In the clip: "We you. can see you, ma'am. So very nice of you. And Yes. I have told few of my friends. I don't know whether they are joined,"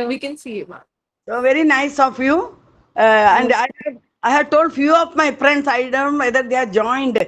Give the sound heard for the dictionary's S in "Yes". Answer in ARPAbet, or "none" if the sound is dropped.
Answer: none